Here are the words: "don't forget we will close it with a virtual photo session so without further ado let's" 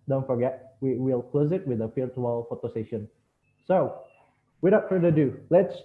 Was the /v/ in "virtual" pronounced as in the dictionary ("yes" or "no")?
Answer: no